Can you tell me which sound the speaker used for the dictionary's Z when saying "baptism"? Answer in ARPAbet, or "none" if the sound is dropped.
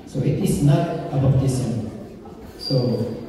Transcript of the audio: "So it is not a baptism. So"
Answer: S